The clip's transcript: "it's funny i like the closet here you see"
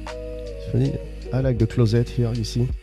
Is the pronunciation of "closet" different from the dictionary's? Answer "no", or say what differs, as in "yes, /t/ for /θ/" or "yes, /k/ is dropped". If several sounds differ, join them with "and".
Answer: no